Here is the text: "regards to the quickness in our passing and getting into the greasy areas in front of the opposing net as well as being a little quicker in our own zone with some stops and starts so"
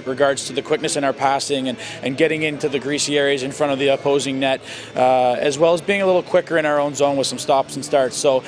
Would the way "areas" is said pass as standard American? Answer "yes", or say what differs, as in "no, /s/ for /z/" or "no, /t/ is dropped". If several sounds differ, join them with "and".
yes